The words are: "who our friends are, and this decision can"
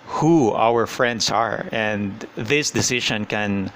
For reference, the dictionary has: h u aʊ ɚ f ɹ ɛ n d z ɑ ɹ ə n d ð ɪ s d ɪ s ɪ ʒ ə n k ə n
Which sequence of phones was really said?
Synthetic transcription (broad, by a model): h u aʊ ɚ f ɹ ɛ n d s ɑ ɹ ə n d ð ɪ s d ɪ s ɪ ʃ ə n k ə n